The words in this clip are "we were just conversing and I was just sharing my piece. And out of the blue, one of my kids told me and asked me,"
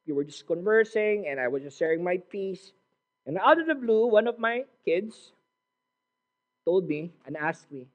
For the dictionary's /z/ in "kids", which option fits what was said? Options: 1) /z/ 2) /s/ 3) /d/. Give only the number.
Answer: 2